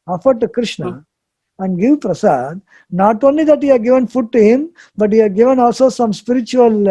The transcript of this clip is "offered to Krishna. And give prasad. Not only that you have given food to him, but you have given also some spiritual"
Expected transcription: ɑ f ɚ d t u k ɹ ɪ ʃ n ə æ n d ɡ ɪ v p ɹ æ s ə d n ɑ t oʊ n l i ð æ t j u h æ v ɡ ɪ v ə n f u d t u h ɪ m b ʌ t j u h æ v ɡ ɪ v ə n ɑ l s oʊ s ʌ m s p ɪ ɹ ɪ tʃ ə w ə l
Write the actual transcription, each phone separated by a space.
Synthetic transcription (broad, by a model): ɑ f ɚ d t u k ɹ ɪ ʃ n ə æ n d ɡ ɪ v p ɹ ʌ s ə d n ɑ t oʊ n l i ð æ t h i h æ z ɡ ɪ v ə n f u d t u h ɪ m b ʌ t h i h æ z ɡ ɪ v ə n ɑ l s oʊ s ʌ m s p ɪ ɹ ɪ tʃ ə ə l